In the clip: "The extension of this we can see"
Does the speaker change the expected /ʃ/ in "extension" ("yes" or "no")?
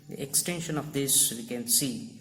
no